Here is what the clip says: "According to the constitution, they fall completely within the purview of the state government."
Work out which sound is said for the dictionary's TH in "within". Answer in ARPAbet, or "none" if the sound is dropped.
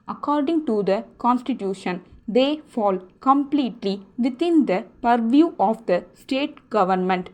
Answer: T